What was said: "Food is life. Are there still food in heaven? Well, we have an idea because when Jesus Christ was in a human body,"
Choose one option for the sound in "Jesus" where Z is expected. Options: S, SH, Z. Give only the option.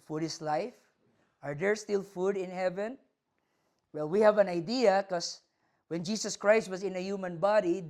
S